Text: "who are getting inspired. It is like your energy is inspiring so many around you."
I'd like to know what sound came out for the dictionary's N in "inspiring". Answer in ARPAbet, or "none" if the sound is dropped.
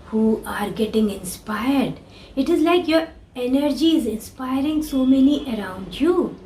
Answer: N